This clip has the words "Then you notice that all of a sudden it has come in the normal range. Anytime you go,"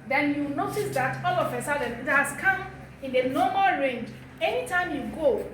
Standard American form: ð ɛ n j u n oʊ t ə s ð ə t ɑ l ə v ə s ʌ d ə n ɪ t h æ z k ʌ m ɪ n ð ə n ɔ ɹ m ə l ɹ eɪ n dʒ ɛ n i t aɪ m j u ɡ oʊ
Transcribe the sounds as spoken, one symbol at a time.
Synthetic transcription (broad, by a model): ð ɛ n j u n oʊ t ə s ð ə t ɑ l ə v ə s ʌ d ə n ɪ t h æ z k ʌ m ɪ n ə n ɔ m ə l ɹ eɪ n dʒ ɛ n i t aɪ m j u ɡ oʊ